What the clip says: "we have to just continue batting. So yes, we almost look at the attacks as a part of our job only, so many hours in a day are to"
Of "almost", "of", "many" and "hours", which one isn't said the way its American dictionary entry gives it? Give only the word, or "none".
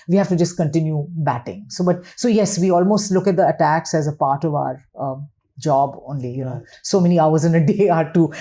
none